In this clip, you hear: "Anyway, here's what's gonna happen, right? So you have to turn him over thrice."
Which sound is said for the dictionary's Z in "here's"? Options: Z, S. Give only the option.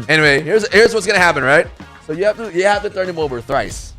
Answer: Z